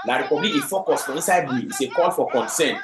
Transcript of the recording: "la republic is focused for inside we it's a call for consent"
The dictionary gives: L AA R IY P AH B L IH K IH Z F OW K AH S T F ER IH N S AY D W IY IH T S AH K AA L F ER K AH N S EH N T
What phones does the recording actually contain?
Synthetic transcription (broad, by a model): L AA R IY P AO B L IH IH F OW K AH S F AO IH N S AY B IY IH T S AH K AA L F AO K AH N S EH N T